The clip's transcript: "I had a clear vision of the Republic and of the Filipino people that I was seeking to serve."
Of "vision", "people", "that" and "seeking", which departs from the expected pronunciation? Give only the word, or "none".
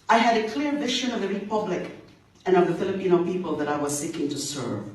vision